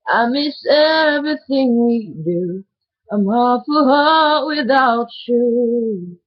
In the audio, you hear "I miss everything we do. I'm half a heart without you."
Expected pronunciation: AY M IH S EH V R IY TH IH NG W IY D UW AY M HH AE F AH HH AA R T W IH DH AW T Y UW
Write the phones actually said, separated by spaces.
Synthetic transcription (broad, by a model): AY M IH S EH V R IY TH IH NG W IY D UW AY M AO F AH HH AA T W IH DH AW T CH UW